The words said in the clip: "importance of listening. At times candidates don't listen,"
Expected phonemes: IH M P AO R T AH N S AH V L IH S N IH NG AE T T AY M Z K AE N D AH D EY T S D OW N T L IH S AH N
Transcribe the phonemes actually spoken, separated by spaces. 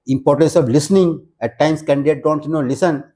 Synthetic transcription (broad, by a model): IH M P AO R T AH N S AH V L IH S N IH NG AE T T AY M S K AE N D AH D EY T D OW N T L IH S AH N